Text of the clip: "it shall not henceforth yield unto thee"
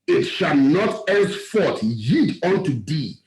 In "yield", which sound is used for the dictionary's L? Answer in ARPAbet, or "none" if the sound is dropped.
none